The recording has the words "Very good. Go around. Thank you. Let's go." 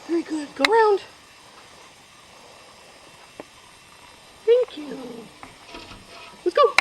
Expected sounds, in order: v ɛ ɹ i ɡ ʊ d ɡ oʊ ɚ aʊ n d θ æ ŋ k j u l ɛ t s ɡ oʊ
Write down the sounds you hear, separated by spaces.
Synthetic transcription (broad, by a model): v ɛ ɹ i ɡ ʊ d ɡ oʊ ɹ aʊ n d θ æ ŋ k j u w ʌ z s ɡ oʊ